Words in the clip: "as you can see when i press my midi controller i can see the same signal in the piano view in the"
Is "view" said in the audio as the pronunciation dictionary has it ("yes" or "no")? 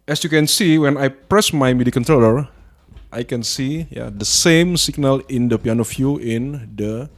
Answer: no